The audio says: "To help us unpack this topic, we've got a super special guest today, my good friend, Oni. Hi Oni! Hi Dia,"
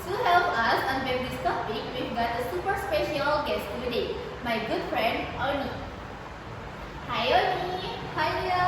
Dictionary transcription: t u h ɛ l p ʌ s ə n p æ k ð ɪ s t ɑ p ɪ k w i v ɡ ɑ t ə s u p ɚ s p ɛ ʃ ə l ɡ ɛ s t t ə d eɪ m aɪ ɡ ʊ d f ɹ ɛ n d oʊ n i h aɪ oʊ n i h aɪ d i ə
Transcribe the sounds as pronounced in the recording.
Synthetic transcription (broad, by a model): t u h ɛ l p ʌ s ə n b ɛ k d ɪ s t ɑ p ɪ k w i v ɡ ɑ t ə s u p ɚ s p ɛ ʃ ə l ɡ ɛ s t t ə d eɪ m aɪ ɡ ʊ d f ɹ ɛ n d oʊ n i h aɪ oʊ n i h aɪ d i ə